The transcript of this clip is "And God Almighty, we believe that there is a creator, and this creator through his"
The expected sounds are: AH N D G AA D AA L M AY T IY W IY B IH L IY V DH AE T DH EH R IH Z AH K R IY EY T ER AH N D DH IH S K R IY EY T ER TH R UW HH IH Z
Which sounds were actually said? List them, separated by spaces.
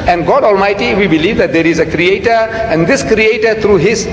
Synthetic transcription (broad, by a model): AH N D G AA D AA L M AY T IY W IY B IH L IY V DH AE T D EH R IH Z AH K R IY EY T ER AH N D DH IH S K R IY EY T ER T R UW HH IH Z